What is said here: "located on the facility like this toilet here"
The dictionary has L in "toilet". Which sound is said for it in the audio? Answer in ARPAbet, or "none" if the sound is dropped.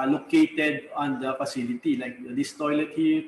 L